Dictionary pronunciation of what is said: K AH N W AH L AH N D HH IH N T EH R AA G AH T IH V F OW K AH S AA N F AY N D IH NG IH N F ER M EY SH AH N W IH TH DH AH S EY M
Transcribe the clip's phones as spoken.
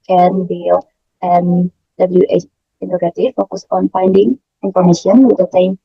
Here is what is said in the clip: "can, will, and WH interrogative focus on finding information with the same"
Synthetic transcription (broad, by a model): K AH N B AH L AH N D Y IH T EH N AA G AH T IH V F OW K AH S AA N F AY N D IH NG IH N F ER M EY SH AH N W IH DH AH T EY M